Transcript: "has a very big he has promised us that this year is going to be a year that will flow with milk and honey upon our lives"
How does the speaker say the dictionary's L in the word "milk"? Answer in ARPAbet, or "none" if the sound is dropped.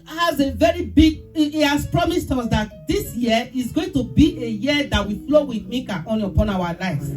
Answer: none